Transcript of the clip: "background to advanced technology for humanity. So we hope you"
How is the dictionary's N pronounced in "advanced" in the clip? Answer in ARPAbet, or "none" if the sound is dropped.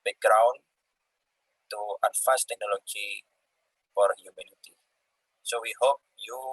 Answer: none